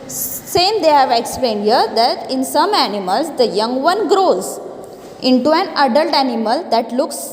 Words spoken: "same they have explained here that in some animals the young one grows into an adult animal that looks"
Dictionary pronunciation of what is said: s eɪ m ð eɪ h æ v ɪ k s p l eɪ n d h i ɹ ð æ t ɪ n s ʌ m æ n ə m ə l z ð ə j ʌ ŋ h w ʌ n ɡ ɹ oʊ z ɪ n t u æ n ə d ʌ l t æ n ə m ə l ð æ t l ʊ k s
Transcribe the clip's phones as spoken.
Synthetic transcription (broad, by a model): s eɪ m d eɪ h æ v ɪ k s p l eɪ n d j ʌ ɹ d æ t ɪ n s ʌ m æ n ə m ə l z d ə j ʌ ŋ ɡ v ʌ n ɡ ɹ oʊ z ɪ n t u æ n ə d ʌ l t æ n ə m ə l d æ t l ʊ k s